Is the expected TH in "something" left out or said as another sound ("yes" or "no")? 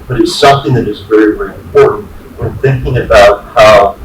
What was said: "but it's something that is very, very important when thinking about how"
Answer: no